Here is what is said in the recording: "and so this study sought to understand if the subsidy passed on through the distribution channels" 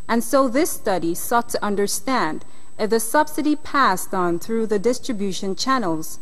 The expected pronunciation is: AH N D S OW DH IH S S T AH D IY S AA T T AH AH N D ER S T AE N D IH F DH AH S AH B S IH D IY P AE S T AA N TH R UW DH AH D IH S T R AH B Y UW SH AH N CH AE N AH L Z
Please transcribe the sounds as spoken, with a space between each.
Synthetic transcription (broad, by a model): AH N S OW DH IH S S T AH D IY S AA T T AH AH N D ER S T AE N D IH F DH AH S AH B S IH D IY P AE S T N TH R UW DH AH D IH S T R AH B Y UW SH AH N CH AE N L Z